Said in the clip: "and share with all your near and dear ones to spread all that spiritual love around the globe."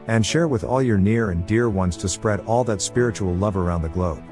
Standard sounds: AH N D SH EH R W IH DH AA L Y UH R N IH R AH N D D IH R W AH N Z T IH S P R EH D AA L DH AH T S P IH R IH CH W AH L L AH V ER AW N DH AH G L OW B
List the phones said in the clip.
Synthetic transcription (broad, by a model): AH N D SH EH R W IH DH AA L Y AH R N IH R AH N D D IH R W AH N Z T IH S P R EH D AA L DH AH T S P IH R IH CH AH L L AH V ER AW N DH AH G L OW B